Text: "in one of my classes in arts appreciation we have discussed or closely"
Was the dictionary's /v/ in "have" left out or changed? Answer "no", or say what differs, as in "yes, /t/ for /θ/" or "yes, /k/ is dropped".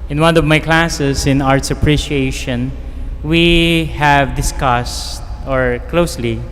no